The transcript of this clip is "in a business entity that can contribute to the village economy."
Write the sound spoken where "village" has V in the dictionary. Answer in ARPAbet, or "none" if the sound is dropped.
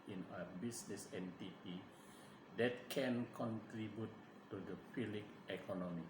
P